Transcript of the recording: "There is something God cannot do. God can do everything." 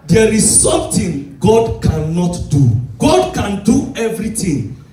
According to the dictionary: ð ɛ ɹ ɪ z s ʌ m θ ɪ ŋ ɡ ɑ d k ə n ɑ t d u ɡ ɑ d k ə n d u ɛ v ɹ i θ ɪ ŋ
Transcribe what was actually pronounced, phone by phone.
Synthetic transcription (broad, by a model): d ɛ ɹ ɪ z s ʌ m t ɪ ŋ ɡ ɑ d k ə n ɑ t d u ɡ ɑ d k ə n d u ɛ v ɹ i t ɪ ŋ